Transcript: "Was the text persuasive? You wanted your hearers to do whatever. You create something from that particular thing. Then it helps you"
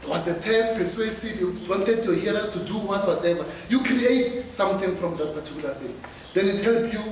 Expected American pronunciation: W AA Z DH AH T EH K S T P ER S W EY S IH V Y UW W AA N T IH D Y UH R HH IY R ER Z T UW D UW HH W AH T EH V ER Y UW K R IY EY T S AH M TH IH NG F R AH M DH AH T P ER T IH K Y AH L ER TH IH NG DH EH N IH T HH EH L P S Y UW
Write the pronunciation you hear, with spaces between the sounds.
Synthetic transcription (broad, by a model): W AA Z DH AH T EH S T P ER S W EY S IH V Y UW W AA N T IH D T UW HH IY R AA S T UW D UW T W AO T EH V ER Y UW K R IY EY T S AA M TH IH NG F R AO M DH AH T P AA T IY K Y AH L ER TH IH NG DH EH N IH T HH EH L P Y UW